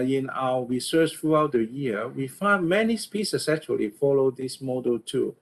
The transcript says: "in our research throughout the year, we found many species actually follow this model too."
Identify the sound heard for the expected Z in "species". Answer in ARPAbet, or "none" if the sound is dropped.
S